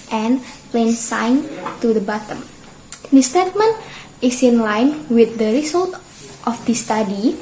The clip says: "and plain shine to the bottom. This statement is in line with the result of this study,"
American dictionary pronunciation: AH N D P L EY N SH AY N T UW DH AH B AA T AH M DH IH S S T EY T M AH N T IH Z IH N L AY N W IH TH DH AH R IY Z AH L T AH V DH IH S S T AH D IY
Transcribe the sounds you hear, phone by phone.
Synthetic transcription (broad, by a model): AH N P L EY N S AY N T UW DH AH B AA T AH M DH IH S S T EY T M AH N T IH S IH N L AY N W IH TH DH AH R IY S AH L T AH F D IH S S T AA D IY